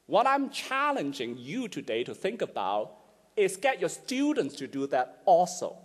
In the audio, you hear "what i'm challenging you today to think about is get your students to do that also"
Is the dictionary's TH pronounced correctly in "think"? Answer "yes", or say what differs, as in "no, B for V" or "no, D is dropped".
yes